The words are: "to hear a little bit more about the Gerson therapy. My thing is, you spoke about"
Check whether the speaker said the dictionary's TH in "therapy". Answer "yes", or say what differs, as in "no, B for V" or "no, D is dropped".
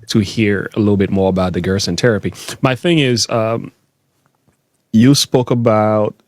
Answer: no, T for TH